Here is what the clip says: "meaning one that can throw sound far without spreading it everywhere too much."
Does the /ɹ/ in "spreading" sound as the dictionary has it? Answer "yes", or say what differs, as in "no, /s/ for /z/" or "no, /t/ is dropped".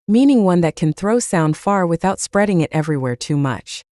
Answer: yes